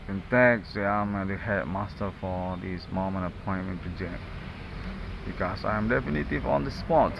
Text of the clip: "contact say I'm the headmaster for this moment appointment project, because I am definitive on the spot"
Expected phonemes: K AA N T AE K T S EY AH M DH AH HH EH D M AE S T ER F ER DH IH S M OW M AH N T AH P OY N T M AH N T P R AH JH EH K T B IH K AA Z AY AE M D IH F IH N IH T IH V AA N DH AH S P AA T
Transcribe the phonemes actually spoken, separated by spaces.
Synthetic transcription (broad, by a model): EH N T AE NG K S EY AH M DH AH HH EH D M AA S T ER F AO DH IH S M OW M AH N AH P OY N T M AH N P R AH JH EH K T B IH K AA S AY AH M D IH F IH N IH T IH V AA N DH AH S P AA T